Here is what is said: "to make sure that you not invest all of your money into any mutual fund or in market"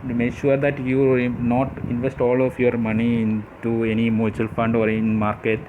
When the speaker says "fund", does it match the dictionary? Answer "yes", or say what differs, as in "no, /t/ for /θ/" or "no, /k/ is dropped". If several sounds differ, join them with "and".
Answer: yes